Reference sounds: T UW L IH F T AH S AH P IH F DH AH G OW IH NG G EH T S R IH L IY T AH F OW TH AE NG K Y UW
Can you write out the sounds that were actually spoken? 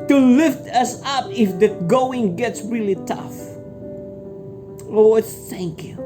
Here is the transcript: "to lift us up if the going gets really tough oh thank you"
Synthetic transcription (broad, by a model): T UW L IH F T AH S AH P IH F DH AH G OW IH NG G EH T S R IH L IY T AH F OW TH AE NG K Y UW